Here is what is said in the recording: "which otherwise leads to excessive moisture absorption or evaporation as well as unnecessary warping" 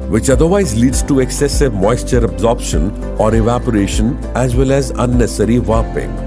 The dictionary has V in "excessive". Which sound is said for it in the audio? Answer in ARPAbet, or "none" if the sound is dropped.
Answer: V